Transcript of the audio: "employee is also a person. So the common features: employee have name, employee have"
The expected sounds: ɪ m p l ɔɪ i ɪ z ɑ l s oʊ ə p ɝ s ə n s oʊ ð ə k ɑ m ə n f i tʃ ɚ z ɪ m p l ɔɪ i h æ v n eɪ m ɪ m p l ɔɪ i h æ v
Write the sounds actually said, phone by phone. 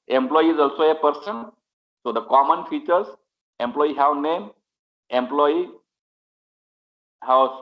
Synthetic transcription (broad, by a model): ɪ m p l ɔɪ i ɪ z ɑ l s oʊ ə p ɝ s ə n s oʊ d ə k ɑ m ə n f i tʃ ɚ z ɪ m p l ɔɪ i h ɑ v n eɪ m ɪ m p l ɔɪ i h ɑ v